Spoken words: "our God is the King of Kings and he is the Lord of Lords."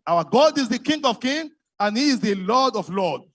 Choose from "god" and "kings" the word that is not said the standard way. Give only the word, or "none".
kings